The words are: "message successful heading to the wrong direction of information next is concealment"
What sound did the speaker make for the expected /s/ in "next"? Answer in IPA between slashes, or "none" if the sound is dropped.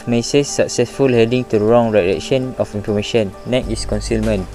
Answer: none